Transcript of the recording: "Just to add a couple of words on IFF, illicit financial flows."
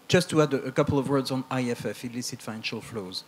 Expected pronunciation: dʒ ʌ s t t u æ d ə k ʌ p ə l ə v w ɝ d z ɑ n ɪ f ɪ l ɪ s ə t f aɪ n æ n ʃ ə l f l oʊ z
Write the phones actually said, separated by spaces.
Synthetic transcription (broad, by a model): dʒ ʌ s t t u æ d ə k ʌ p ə l ə v w ɝ d z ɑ n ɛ f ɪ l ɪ s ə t f aɪ n æ n ʃ ə l f l oʊ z